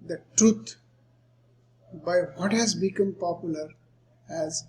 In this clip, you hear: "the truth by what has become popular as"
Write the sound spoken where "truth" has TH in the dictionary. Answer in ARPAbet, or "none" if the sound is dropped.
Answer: T